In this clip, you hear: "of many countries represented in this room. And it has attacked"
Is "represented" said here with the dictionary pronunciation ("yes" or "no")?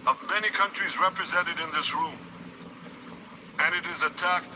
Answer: yes